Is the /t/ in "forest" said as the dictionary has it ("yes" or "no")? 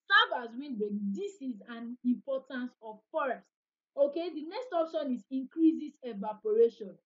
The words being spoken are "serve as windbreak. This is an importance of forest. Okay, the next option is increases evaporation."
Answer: yes